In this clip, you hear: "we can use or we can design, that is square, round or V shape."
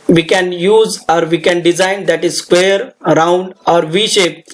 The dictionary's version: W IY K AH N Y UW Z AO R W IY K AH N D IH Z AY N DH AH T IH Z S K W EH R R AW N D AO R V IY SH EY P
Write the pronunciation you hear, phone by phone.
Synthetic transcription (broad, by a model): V IY K AH N Y UW Z AO R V IY K AH N D IH Z AY N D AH T IH Z S K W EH R R AW N D AO R V IY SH EY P